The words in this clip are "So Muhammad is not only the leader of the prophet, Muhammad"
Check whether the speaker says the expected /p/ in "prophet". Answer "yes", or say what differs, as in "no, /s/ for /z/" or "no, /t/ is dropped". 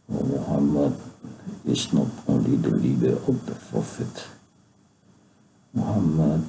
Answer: no, /f/ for /p/